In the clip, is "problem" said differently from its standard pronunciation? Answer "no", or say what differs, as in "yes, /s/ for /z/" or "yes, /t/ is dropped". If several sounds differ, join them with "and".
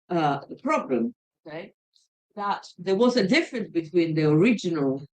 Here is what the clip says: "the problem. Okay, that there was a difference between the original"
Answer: no